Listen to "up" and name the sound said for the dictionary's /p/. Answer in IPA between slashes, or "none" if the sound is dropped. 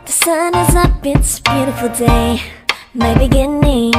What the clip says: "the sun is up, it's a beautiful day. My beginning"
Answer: /b/